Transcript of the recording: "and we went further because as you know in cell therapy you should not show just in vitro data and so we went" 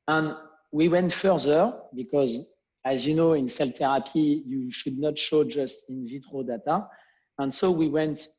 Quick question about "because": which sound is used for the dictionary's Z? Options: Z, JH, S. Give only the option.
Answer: Z